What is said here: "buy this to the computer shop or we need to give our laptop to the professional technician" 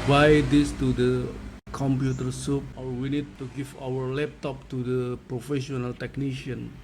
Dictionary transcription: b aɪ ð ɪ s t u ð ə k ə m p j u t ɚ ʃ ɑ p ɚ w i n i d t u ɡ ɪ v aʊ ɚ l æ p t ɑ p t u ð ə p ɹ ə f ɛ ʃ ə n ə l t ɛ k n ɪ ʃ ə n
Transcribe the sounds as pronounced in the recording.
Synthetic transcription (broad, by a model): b aɪ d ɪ s t u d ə k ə m p j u t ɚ s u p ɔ w i n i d t u ɡ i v aʊ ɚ l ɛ p t ɑ p t u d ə p ɹ ə f ɛ ʃ ə n ə l t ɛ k n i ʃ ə n